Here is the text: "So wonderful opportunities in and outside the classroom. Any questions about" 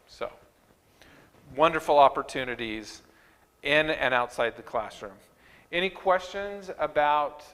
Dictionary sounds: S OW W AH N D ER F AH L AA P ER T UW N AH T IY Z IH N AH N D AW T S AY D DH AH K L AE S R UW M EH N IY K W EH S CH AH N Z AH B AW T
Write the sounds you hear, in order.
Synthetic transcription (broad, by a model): S OW W AH N D ER F L AA P ER T UW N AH T IY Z IH N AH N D AW T S AY D DH AH K L AE S R UW M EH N IY K W EH S CH AH N Z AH B AW T